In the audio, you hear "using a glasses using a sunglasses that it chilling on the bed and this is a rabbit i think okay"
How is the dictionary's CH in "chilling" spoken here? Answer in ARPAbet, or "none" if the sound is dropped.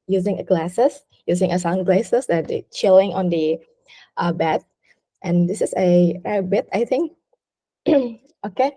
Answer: CH